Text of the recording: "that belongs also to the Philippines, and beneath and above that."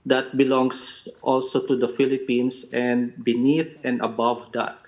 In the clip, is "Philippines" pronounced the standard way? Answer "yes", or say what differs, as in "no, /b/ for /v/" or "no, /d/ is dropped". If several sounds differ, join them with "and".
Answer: no, /s/ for /z/